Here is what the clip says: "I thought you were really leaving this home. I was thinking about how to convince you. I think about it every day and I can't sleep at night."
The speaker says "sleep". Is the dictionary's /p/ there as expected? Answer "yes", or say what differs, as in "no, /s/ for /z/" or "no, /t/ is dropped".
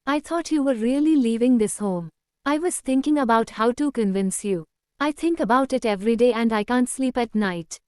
yes